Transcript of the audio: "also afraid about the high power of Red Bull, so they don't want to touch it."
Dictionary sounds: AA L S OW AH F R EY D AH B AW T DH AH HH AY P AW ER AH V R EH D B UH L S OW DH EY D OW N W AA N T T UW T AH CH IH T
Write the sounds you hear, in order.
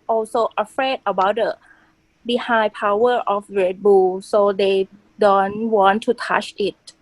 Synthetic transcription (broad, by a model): AA L S OW AH F R EY D AH B AW T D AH HH AY P AW ER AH F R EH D B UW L S OW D EY D OW N W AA N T T UW T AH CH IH T